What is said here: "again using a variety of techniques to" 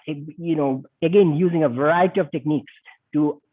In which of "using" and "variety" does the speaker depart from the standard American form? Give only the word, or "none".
none